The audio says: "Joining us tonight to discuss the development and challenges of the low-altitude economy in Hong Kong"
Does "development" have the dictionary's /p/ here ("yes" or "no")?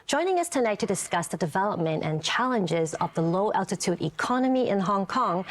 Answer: yes